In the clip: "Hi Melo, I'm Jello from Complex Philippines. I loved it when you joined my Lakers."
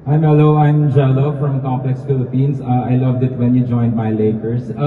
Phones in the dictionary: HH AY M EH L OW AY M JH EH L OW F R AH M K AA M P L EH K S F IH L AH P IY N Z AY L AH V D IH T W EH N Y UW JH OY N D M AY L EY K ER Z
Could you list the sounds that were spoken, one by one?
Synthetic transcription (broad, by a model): AY M EH L OW AY M JH EH L OW F R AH M K AA M P L EH K S F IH L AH P IY N S AY L AH V D IH T W EH N Y UW JH OY N D M AY L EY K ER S